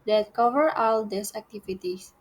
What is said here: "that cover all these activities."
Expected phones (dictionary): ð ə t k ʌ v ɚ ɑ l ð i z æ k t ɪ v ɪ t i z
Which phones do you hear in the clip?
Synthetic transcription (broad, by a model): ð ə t k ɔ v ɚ ɑ l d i s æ k t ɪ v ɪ t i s